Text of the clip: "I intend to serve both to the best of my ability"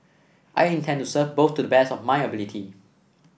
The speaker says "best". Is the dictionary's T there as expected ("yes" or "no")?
no